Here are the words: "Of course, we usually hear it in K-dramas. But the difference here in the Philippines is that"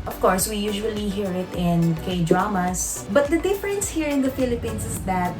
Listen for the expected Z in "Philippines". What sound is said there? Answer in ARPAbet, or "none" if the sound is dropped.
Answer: S